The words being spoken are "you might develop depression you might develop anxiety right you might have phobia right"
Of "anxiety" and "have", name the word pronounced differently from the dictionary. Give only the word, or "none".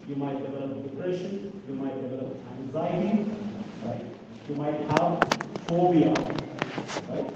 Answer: anxiety